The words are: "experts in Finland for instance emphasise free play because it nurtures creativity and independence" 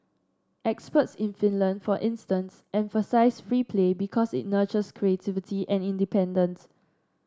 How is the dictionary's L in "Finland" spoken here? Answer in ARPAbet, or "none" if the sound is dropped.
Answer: L